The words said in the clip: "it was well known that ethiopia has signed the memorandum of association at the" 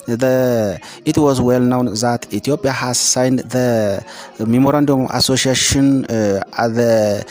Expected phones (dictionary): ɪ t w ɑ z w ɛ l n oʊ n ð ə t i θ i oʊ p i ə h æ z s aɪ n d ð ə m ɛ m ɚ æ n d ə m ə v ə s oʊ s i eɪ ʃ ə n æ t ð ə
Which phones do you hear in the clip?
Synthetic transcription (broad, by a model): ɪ t w ɑ z w ɛ l n oʊ n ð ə t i t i oʊ p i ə h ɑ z s aɪ n d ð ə m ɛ m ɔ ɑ n d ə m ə s oʊ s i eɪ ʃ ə n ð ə